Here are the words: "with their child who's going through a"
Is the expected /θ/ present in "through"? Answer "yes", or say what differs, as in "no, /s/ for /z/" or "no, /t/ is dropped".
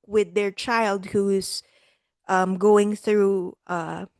yes